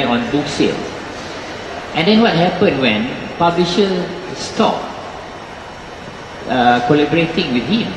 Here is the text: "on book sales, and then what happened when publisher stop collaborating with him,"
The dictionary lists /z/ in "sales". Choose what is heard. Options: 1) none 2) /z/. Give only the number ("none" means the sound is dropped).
1